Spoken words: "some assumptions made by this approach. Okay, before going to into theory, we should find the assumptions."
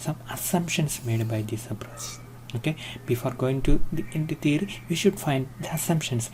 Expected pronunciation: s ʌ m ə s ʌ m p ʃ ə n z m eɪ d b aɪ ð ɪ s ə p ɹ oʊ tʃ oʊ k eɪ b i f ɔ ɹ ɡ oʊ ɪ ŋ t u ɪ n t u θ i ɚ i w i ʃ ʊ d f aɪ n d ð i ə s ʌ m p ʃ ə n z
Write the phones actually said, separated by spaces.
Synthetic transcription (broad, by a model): s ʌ m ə s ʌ m p ʃ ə n s m eɪ d b aɪ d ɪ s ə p ɹ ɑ s oʊ k eɪ b i f ɔ ɹ ɡ oʊ ɪ ŋ t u ɪ n t u t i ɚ i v i ʃ ʊ d f aɪ n d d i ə s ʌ m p ʃ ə n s